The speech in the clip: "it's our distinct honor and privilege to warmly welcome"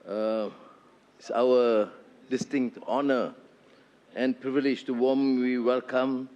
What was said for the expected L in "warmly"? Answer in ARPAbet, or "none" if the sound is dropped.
W